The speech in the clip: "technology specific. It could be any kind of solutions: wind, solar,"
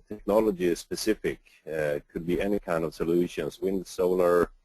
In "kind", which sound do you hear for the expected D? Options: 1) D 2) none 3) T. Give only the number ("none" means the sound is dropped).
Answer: 1